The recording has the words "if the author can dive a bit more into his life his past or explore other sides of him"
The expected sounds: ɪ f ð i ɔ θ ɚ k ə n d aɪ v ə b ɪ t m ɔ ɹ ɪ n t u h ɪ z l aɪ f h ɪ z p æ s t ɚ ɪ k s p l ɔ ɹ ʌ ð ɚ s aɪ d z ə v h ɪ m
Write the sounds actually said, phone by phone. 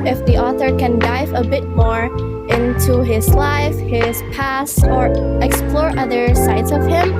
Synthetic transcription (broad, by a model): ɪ f ð i ɔ θ ɚ k ə n d aɪ v ə b ɪ t m ɔ ɹ ɪ n t u h ɪ z l aɪ f h ɪ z p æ s ɚ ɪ k s p l ɔ ɹ ʌ ð ɚ s aɪ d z ə v h ɪ m